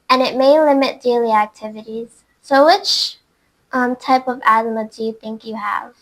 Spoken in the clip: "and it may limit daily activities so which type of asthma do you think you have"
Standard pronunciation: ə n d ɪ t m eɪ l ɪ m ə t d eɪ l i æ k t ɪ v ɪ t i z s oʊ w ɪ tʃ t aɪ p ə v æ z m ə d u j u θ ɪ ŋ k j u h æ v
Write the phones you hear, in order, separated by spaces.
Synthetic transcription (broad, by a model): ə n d ɪ t m eɪ l ɪ m ə t d eɪ l i æ k t ɪ v ɪ t i z s oʊ w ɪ tʃ t aɪ p ə v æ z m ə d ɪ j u θ ɪ ŋ k j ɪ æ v